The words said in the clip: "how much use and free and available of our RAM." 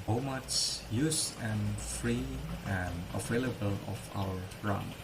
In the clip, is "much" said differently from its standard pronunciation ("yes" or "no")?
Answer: yes